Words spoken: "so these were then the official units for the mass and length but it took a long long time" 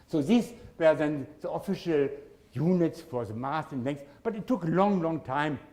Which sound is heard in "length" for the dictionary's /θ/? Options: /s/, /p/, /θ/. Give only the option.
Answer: /s/